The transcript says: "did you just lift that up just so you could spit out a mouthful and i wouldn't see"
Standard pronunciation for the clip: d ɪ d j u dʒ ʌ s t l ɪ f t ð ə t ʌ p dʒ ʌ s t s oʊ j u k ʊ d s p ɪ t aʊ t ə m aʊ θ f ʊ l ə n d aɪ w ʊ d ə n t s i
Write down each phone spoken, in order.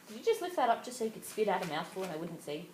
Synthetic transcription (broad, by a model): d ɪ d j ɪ dʒ ʌ s t l ɪ f t ð ə t ʌ p dʒ ʌ s t s oʊ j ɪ k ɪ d s p ɪ t aʊ t ə m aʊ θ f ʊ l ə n aɪ w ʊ d n t s i